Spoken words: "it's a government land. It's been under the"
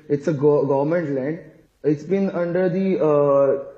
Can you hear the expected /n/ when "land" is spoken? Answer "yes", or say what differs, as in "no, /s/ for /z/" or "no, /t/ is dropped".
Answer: yes